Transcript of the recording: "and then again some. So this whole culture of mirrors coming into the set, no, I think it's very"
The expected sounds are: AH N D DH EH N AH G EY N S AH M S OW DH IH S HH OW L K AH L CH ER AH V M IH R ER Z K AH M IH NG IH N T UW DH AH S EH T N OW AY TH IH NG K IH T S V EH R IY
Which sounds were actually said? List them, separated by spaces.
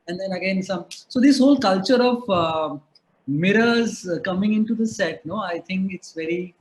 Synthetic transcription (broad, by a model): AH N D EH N AH G EY N S AH M S OW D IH S HH OW L K AH L CH ER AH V M IH R ER Z K AH M IH NG IH N T UW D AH S EH T N OW AY T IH NG K IH T S V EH R IY